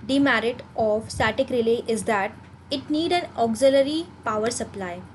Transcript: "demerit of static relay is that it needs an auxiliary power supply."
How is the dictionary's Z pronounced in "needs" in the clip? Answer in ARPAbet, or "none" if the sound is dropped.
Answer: none